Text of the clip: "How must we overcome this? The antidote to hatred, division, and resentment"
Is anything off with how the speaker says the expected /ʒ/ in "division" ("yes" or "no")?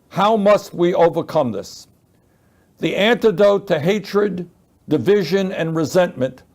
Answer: no